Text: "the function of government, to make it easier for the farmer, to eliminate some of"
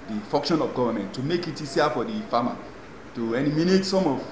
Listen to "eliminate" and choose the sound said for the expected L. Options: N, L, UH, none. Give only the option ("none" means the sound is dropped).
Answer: N